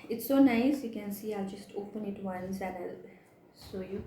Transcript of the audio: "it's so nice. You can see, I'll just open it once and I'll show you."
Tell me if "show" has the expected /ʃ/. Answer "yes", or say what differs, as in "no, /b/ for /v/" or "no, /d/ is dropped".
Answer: no, /s/ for /ʃ/